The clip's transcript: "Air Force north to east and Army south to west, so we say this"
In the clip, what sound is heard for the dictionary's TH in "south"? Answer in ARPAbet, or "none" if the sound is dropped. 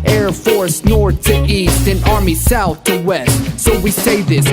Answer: TH